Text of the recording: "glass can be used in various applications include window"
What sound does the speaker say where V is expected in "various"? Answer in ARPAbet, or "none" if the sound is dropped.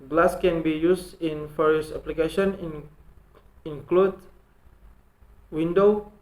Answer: F